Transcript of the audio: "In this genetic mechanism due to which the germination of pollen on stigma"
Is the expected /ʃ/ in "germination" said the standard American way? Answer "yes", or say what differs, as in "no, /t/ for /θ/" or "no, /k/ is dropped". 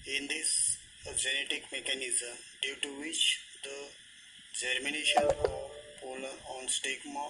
yes